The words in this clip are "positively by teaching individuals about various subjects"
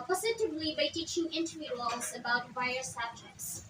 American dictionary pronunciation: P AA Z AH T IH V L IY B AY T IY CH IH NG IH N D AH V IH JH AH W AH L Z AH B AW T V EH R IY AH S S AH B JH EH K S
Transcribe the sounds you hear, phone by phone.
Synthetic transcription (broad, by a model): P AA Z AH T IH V L IY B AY T IY CH IH NG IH N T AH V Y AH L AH Z AH B AW T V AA IY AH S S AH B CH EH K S